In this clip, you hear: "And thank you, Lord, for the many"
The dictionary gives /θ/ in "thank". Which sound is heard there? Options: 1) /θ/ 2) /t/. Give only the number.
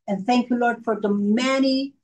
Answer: 1